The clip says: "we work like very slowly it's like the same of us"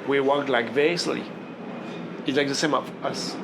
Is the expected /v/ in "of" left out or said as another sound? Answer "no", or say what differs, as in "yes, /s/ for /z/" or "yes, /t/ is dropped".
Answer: yes, /f/ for /v/